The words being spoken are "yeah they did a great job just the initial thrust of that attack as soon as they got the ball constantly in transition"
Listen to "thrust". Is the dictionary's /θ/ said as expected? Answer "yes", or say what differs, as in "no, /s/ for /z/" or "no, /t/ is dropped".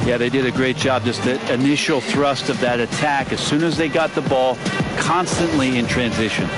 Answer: yes